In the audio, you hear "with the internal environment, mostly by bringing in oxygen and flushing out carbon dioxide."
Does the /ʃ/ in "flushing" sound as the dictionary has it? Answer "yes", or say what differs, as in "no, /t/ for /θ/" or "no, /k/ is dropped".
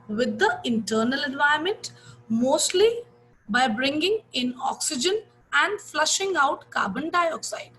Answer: yes